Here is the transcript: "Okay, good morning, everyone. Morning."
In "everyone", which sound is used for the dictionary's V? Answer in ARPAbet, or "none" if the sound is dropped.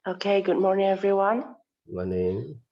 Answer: V